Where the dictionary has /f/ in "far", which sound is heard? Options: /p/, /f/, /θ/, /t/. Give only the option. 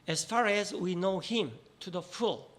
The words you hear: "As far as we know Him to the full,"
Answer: /f/